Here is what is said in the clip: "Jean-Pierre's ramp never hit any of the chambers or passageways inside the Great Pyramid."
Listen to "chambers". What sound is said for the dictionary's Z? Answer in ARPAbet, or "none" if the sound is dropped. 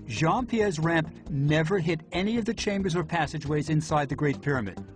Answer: Z